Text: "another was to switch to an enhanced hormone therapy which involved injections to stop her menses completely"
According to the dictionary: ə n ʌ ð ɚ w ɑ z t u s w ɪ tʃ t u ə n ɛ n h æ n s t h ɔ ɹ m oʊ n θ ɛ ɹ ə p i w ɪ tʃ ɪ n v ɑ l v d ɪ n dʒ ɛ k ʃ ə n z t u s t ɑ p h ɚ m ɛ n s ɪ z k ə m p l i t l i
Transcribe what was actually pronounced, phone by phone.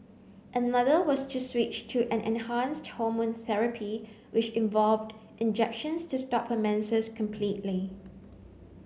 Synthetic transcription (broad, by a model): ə n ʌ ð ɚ w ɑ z t u s w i tʃ t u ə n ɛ n h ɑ n s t h ɔ m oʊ n θ ɛ ɹ ə p i w ɪ tʃ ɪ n v ɑ l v d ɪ n dʒ ɛ k ʃ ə n s t u s t ɑ p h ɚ m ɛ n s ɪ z k ə m p l i t l i